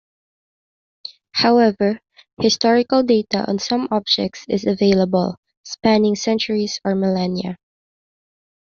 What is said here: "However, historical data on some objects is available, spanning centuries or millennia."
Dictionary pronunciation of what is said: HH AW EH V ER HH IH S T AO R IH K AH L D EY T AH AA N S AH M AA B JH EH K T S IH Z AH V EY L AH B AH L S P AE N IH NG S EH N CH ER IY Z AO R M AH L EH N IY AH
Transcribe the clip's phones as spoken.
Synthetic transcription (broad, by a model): HH AW EH V ER HH IH S T AO R IH K AH L D EY T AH AA N S AH M AA B JH EH K T S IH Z AH V EY L AH B AH L S P AE N IH NG S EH N CH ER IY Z AO R M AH L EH N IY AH